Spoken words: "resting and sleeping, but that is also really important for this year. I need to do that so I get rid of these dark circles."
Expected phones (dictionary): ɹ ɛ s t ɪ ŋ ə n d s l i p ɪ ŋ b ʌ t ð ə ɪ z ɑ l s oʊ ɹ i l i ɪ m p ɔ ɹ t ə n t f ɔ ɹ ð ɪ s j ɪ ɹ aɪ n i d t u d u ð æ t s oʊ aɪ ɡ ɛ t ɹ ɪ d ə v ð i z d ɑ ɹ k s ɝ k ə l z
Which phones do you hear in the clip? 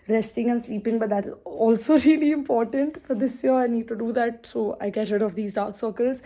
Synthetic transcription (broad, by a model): ɹ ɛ s t ɪ ŋ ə n s l i p ɪ ŋ b ʌ t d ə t ɑ l s oʊ ɹ i l i ɪ m p ɔ ɹ t ə n t f ɔ ɹ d ɪ s j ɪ ɹ aɪ n i d t u d u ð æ t s oʊ aɪ ɡ ɛ t ɹ ɪ d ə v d i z d ɑ ɹ k s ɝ k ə l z